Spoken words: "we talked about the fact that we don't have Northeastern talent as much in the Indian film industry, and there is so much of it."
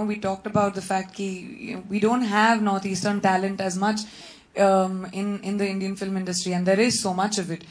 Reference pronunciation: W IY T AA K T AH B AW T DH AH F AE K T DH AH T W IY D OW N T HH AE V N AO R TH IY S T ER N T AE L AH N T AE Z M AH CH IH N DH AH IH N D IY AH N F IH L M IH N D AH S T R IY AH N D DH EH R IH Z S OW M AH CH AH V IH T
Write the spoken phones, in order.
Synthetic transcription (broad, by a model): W IY T AA K T AH B AW T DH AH F AE K T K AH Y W IY D OW N T HH AE V N AO R T IY S T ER N T AE L AH N T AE Z M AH CH IH N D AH IH N D IY AH N F IH L M IH N D AH S T R IY AH N D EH R IH Z S OW M AH CH AH V IH T